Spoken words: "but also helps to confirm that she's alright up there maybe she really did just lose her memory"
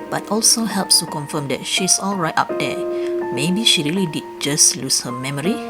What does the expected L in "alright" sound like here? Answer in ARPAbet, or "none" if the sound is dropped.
L